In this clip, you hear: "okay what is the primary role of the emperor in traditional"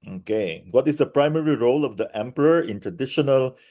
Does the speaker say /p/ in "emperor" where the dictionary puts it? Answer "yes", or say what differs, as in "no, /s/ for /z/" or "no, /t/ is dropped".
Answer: yes